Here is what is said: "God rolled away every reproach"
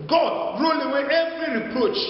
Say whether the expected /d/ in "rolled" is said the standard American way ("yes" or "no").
no